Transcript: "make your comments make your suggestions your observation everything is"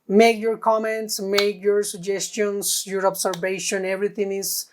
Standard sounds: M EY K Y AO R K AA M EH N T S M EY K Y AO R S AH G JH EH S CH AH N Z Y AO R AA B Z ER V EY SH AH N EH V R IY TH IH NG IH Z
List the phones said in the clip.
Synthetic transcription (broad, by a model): M EY K Y AO R K AA M EH N T S M EY K Y AO R S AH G JH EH S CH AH N S Y AO R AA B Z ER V EY SH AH N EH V R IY T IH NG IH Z